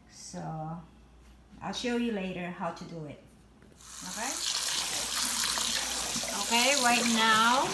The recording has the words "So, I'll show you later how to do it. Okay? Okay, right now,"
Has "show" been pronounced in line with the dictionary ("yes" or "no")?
yes